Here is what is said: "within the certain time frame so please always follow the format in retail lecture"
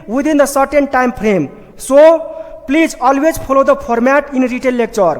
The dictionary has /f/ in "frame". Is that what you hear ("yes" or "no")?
no